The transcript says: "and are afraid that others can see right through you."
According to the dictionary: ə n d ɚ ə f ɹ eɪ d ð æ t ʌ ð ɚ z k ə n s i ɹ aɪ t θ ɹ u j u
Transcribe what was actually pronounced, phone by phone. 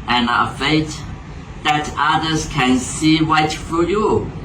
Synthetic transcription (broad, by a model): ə n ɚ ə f eɪ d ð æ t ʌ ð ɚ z k ə n s i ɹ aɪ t f ɹ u j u